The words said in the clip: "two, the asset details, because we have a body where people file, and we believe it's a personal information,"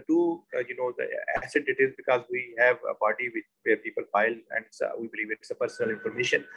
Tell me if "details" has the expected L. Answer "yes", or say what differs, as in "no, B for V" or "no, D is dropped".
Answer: no, L is dropped